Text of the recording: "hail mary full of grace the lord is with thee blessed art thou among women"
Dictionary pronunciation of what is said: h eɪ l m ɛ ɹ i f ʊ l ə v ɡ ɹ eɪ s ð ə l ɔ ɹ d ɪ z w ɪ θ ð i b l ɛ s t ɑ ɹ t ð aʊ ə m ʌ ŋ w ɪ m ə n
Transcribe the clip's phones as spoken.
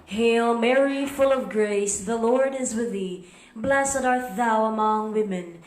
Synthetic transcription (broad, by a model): h eɪ l m ɛ ɹ i f ʊ l ə v ɡ ɹ eɪ s ð ə l ɔ ɹ d ɪ z w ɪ ð i b l ɛ s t ɑ ɹ t ð aʊ ə m ʌ ŋ w ɪ m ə n